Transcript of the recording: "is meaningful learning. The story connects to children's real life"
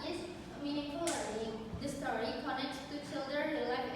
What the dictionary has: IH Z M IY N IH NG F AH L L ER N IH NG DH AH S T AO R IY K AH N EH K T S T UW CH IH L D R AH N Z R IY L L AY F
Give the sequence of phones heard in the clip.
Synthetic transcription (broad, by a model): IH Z M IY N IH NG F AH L L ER IH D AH S T AO R IY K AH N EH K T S T UW CH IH L D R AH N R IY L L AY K